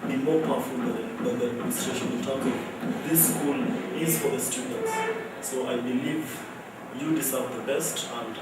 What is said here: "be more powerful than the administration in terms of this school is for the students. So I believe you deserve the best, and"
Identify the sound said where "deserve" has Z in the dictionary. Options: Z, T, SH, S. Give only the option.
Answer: S